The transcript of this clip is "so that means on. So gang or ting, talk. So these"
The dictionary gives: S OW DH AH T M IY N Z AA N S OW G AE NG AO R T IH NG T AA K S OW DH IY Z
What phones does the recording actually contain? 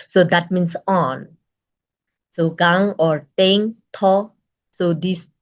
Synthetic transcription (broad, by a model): S OW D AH T M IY N S AA N S OW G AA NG AO R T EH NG T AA S OW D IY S